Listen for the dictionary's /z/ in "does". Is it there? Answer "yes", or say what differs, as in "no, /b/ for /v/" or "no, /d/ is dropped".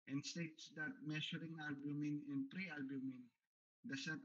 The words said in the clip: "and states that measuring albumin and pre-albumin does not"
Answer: no, /s/ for /z/